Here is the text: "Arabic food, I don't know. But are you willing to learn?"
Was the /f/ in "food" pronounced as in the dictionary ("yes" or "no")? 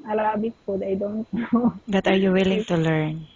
no